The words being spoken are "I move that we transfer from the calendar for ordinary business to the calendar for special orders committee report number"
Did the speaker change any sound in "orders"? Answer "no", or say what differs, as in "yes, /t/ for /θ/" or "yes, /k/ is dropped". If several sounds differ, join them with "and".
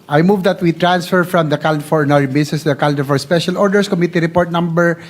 yes, /s/ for /z/